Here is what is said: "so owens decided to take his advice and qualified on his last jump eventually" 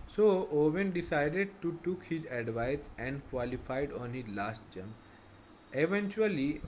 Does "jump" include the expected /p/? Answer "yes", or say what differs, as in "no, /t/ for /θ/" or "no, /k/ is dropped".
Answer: no, /p/ is dropped